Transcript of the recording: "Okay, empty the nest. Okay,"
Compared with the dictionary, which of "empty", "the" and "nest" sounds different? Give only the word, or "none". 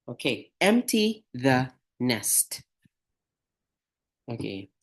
none